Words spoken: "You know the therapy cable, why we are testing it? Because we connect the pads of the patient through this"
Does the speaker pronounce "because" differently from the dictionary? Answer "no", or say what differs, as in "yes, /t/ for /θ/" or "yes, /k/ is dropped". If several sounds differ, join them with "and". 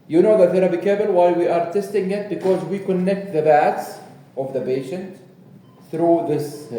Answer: no